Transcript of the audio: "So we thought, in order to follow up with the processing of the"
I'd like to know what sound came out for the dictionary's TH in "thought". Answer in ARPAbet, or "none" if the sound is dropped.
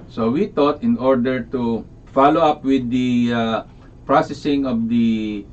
T